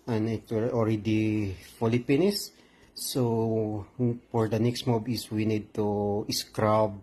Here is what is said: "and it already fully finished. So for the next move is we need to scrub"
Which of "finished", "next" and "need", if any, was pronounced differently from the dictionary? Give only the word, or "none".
finished